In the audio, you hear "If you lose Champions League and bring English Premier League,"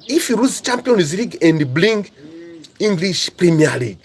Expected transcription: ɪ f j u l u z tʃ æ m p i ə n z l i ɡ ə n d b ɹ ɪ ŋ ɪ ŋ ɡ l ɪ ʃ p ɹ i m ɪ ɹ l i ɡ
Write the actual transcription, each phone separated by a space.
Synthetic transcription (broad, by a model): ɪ f j u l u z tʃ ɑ m p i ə n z l i ɡ ə n d b l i ŋ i ŋ ɡ l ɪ ʃ p ɹ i m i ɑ l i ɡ